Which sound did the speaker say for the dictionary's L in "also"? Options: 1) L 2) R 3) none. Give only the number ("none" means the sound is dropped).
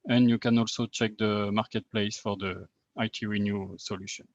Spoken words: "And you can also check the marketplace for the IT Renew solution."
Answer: 1